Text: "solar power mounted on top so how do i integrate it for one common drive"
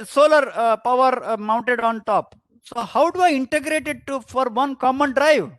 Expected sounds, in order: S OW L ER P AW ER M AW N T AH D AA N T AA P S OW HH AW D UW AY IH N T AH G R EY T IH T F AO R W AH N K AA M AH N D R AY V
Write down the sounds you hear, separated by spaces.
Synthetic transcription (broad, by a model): S OW L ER P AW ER M AW N T AH D AA N T AA P S OW HH AW D UW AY IH N T AH G R EY T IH T F AO R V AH N K AA M AH N D R AY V